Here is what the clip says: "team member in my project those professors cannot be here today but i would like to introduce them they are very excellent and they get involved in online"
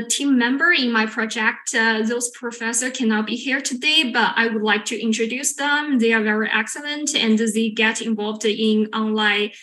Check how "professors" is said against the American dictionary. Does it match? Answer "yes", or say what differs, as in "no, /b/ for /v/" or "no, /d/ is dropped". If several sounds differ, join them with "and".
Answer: no, /z/ is dropped